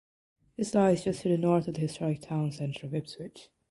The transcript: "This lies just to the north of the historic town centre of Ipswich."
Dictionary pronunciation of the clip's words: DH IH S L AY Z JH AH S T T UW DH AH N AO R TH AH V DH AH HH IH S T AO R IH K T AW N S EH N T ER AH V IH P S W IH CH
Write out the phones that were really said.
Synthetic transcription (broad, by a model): DH IH S L AY Z JH AH S T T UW DH AH N AO R TH AH V DH AH HH IH S T AO R IH K T AW N S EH N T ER AH V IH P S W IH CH